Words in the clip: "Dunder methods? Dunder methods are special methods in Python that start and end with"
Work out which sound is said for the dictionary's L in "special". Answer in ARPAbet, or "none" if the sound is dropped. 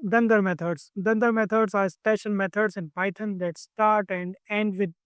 N